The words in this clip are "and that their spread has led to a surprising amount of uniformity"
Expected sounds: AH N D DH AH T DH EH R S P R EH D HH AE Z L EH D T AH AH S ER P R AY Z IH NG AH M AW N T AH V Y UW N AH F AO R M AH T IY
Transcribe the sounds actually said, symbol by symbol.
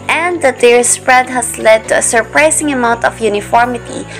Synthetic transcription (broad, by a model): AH N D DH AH T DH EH R S P R EH D HH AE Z L EH D T AH AH S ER P R AY S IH NG AH M AW N T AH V Y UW N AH F AO R M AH T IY